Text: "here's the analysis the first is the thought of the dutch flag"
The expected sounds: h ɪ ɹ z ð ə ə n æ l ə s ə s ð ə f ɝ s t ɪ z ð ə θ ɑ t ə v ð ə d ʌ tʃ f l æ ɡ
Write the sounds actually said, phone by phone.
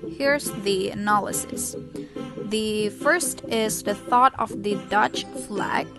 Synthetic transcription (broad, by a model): h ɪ ɹ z ð ə ə n æ l ə s ə s ð ə f ɝ s t ɪ z ð ə θ ɑ t ə v ð ə d ʌ tʃ f l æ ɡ